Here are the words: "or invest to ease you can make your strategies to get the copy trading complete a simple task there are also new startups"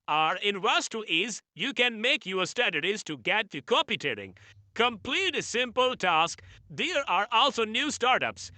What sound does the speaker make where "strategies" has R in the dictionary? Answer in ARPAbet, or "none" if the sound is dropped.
none